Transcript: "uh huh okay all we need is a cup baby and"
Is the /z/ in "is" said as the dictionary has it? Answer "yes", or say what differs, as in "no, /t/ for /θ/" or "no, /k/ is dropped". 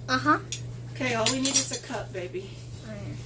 no, /s/ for /z/